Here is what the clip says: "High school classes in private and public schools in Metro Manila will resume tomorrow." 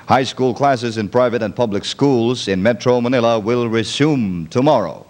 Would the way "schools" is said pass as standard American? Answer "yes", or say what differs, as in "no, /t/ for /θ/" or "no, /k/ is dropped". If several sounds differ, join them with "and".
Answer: yes